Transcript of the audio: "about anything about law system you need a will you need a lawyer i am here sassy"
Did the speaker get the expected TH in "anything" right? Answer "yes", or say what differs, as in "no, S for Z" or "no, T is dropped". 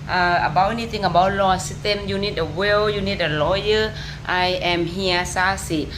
no, T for TH